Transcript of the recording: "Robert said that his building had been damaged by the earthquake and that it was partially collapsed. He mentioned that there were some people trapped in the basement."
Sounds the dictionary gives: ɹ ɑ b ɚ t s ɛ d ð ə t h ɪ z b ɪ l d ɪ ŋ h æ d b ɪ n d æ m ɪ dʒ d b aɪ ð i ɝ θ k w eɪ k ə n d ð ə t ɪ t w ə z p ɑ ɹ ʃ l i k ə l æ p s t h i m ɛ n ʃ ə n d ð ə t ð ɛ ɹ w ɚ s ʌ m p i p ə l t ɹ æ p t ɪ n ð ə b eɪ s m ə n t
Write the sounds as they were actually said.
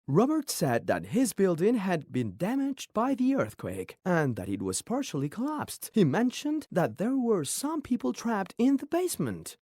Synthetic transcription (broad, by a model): ɹ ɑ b ɚ t s ɛ d ð ə t h ɪ z b ɪ l d ɪ ŋ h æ d b ɪ n d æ m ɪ dʒ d b aɪ ð i ɝ θ k w eɪ k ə n ð ə t ɪ t w ə z p ɑ ɹ ʃ l i k ə l æ p s t h i m ɛ n ʃ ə n ð ə t ð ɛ ɹ w ɚ s ʌ m p i p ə l t ɹ æ p t ɪ n ð ə b eɪ s m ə n t